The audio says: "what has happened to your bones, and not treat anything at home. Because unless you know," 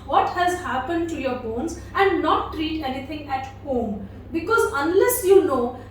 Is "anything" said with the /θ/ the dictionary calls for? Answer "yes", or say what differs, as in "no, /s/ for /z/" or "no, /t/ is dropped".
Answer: no, /t/ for /θ/